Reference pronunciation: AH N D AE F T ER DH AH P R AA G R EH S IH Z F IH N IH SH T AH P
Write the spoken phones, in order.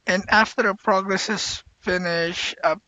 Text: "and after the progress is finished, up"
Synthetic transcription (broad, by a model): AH N AE F T ER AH P R AA G R EH S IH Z F IH N IH SH AH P